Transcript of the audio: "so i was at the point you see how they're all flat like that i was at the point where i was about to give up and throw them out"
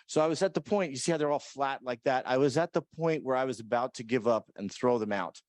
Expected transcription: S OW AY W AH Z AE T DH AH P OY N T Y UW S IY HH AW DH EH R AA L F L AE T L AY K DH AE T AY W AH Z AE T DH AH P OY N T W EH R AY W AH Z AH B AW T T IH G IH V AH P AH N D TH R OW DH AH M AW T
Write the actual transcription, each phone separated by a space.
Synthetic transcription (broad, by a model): S OW AY W AH Z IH T DH AH P OY N T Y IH S IY HH AW DH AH R AA L F L AE T L AY K DH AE T AY W AH Z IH T DH AH P OY N T W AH R AY W AH Z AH B AW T T IH G IH V AH P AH N TH R OW DH AH M AW T